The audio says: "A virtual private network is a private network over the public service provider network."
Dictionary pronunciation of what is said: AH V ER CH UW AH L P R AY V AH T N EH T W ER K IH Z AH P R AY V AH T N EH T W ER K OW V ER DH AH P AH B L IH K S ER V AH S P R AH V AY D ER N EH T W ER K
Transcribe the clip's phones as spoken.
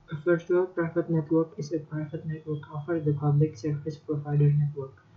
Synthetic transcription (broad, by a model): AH F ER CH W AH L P R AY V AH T N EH T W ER K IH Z AH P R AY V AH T N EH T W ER K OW F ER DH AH P AH B L IH K S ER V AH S P R AH V AY D ER N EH T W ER K